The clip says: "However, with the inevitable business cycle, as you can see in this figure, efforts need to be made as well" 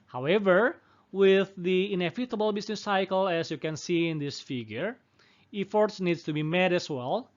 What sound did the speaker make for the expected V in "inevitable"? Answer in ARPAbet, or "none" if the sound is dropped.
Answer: F